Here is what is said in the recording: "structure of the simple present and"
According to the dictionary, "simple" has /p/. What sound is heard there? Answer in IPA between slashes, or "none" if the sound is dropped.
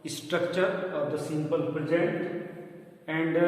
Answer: /p/